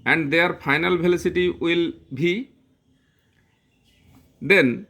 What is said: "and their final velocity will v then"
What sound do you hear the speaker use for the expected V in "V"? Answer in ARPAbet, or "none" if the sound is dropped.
B